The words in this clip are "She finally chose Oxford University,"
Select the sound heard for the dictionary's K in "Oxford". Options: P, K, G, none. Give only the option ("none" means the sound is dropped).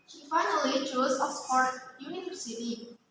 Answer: none